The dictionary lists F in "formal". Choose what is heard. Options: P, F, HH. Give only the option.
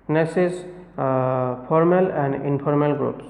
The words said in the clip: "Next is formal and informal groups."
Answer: P